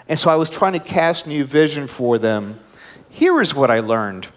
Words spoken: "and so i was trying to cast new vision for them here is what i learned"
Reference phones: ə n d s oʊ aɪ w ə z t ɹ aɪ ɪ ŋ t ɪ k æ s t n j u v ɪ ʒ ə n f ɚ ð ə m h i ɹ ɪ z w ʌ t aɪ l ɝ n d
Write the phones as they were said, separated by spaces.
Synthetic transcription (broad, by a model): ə n s oʊ aɪ w ə z t ɹ aɪ ɪ ŋ t ɪ k æ s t n j u v ɪ ʒ ə n f ɚ ð ə m h i ɹ ɪ z w ʌ t aɪ l ɝ n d